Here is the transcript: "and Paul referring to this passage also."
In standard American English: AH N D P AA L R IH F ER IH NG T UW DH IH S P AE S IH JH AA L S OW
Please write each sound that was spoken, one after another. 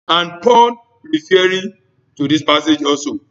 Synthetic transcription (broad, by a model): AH N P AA N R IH F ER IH T UW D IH S P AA S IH JH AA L S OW